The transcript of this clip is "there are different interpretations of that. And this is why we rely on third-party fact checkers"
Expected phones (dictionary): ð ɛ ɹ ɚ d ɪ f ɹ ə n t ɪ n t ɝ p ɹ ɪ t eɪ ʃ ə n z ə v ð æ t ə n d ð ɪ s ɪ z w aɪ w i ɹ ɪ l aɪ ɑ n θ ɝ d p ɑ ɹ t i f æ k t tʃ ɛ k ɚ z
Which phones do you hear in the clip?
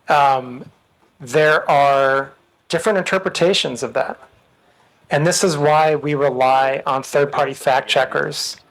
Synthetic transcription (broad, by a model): ð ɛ ɹ ɚ d ɪ f ɹ ə n t ɪ n t ɝ p ɹ ɪ t eɪ ʃ ə n z ə v ð æ t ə n ð ɪ s ɪ z w aɪ w i ɹ ɪ l aɪ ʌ n θ ɝ d p ɑ ɹ t i f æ k tʃ ɛ k ɚ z